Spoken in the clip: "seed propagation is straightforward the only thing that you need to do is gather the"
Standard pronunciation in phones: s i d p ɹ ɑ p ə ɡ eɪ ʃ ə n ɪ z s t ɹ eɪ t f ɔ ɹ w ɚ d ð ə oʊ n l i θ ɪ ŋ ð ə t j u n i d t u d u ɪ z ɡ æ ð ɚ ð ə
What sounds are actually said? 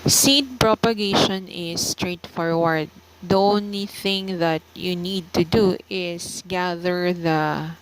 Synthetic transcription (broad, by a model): s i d p ɹ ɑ p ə ɡ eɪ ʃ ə n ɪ s t ɹ eɪ t f ɔ ɹ w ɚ d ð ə oʊ n l i θ ɪ ŋ ð ə t j u n i d t u d u ɪ s ɡ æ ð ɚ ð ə